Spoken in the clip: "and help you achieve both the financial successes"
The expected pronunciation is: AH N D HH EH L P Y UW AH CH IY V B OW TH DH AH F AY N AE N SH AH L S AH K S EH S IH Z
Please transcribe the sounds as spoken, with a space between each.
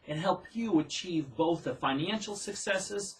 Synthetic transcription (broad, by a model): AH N HH EH L P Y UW AH CH IY V B OW TH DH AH F AY N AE N SH L S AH K S EH S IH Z